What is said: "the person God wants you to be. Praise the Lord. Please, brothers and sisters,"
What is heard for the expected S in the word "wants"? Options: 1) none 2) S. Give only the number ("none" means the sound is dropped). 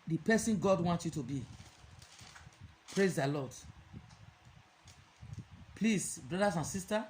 1